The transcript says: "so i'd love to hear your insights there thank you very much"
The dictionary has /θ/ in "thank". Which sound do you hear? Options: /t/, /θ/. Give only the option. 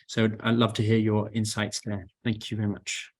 /θ/